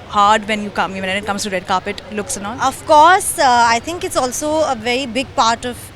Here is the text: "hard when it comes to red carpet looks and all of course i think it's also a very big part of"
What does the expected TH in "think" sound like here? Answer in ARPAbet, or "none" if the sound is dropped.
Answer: T